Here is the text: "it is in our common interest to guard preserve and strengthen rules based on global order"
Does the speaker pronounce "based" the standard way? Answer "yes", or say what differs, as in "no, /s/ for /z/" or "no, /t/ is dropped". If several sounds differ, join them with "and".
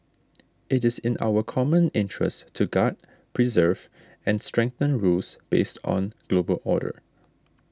yes